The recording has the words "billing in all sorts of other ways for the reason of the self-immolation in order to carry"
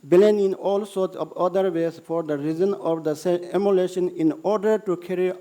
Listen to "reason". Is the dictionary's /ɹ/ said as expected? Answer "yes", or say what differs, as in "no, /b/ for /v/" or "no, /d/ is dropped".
yes